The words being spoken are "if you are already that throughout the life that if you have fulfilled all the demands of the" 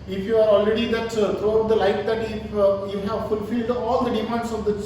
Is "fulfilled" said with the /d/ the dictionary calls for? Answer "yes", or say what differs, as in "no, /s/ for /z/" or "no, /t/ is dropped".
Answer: yes